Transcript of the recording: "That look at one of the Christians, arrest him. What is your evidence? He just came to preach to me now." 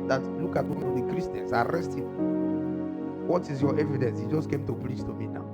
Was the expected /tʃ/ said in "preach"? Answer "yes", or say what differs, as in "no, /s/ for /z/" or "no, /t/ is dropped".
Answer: no, /s/ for /tʃ/